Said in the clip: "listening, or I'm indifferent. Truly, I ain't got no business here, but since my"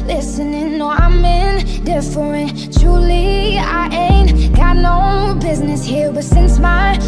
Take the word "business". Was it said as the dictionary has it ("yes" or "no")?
yes